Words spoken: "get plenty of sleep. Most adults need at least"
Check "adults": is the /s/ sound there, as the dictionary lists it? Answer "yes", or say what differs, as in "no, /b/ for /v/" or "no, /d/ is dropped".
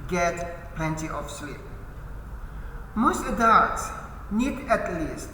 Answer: no, /s/ is dropped